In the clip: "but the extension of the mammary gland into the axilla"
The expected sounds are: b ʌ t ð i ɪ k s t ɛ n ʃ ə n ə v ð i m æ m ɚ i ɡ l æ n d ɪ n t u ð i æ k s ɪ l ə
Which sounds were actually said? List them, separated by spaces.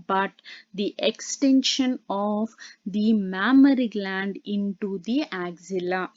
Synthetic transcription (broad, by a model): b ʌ t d i ɪ k s t ɛ n ʃ ə n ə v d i m æ m ɚ i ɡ l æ n d ɪ n t u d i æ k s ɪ l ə